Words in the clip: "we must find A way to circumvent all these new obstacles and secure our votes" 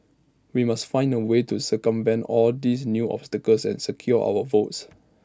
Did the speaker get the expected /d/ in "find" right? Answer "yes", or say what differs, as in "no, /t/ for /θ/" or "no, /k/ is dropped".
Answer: yes